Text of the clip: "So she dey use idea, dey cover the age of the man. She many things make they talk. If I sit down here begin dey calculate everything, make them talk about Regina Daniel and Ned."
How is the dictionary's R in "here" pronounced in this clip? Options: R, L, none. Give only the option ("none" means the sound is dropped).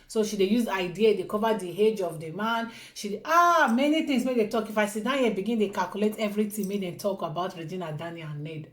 L